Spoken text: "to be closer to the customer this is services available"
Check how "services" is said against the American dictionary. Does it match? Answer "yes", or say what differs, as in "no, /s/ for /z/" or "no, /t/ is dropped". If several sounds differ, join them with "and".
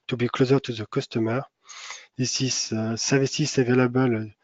no, /s/ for /z/